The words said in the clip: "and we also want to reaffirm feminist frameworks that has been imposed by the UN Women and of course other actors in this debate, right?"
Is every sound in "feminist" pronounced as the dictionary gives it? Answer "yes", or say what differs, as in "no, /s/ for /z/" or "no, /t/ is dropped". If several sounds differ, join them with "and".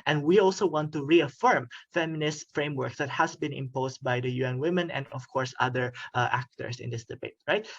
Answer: yes